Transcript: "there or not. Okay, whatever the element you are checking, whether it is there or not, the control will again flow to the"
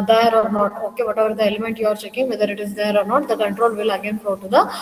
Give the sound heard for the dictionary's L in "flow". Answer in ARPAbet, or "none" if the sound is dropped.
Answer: none